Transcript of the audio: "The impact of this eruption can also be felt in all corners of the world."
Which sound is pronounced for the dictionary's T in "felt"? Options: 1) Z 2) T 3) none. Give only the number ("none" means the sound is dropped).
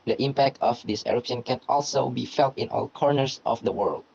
2